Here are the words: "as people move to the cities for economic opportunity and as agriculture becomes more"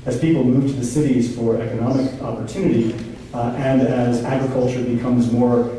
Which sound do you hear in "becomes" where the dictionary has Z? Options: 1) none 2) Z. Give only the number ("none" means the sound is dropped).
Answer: 2